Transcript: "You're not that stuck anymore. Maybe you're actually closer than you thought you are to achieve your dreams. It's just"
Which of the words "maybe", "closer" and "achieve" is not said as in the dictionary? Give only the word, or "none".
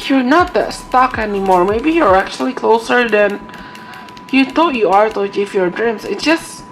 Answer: achieve